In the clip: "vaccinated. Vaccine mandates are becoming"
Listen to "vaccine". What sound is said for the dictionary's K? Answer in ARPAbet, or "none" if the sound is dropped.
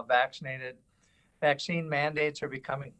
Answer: K